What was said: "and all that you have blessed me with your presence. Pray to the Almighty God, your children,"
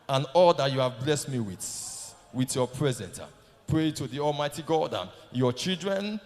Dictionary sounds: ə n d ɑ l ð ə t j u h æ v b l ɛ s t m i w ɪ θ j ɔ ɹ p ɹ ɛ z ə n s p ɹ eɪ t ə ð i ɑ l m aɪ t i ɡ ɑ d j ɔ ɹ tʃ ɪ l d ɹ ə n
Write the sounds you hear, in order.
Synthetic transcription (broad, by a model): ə n ɑ l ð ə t j u h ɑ v b l ɛ s t m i w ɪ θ j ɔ p ɹ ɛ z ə n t p ɹ eɪ t ə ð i ɑ l m aɪ t i ɡ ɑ d j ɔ tʃ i l d ɹ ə n